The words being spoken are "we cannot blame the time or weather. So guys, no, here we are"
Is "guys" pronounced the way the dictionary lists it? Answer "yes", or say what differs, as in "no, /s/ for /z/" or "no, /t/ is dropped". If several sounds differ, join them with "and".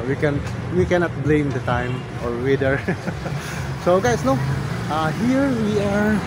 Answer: no, /s/ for /z/